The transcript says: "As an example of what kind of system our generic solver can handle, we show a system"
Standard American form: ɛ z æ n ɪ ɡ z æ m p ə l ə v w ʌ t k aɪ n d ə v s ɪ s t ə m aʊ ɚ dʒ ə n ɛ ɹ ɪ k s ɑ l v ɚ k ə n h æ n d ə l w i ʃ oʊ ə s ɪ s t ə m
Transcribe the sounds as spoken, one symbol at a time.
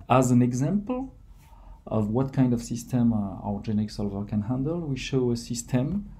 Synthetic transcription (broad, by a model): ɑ z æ n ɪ ɡ z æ m p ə l ə v w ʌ t k aɪ n d ə v s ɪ s t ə m aʊ ɚ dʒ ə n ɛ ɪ k s ɑ l v ɚ k ə n h æ n d ə l w i ʃ oʊ ə s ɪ s t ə m